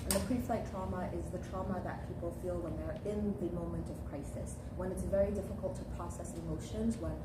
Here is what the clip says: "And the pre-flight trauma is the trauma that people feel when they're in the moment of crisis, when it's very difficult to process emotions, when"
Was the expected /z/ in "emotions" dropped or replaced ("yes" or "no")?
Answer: no